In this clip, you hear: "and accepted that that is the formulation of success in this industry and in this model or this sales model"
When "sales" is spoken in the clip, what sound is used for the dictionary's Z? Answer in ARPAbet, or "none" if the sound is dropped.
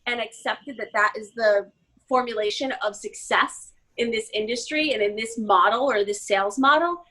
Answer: Z